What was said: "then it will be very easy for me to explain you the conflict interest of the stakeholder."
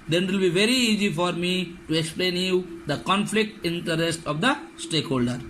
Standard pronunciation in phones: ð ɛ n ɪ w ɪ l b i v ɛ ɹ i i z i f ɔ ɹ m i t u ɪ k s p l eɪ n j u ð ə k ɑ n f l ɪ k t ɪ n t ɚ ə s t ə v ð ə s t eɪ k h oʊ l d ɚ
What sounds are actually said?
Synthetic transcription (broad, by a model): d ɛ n ɪ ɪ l b i v ɛ ɹ i i z i f ɔ ɹ m i t u ɪ k s p l eɪ n j u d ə k ɑ n f l ɪ k t ɪ n t ɚ ə s t ə v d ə s t eɪ k h oʊ l d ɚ